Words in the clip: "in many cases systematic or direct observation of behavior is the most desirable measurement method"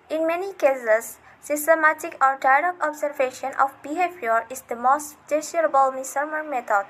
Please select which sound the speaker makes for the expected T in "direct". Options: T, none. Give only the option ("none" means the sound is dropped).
none